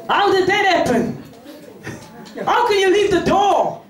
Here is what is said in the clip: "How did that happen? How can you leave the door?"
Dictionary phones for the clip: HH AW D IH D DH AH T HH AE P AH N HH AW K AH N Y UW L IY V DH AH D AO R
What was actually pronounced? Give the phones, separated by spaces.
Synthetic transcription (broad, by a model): HH AW D IH D DH AH T HH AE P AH N HH AW K AH N Y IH L IY V DH AH D AO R